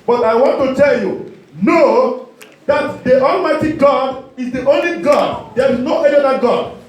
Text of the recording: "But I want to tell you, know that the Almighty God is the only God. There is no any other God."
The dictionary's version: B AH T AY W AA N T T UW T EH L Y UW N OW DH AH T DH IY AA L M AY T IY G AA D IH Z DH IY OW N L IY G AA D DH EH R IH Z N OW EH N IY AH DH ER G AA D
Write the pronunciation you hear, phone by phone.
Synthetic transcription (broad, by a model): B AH T AY W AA N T T UW T EH L Y UW N OW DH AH T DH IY AA L M AY T IY G AA D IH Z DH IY OW N L IY G AA D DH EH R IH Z N OW EH N IY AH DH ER G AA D